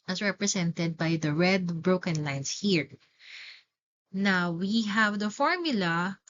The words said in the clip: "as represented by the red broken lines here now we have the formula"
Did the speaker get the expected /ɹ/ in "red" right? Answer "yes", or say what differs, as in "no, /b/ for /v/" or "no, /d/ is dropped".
yes